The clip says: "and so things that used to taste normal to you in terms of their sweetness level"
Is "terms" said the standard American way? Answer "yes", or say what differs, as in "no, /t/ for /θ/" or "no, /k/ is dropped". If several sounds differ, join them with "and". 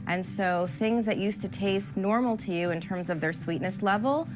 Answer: yes